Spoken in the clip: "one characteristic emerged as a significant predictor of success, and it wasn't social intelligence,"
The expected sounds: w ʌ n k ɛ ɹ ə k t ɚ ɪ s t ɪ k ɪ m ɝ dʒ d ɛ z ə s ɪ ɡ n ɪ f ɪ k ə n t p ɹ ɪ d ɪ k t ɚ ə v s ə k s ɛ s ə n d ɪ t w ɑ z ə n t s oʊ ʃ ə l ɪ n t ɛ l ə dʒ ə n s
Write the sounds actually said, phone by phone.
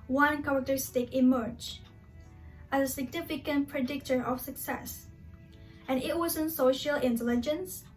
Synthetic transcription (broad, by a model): w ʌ n k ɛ ɹ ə k t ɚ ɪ s t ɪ k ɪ m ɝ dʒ ɛ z ə s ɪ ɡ n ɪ f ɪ k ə n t p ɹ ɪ d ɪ k t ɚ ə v s ə k s ɛ s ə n ɪ t w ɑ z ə n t s oʊ ʃ ə l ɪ n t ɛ l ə dʒ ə n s